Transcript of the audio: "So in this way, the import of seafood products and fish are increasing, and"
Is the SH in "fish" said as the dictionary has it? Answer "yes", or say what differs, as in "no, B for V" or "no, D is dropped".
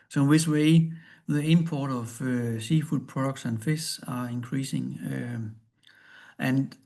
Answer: no, S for SH